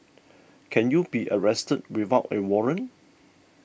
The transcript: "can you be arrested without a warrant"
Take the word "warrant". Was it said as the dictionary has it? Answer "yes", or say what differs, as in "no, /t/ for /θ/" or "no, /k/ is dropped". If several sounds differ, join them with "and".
no, /t/ is dropped